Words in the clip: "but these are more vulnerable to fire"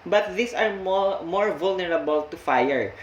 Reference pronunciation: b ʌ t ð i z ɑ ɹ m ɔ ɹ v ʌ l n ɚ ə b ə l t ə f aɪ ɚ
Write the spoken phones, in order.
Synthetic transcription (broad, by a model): b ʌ t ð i s ɑ ɹ m ɔ ɹ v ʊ l n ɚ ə b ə l t ə f aɪ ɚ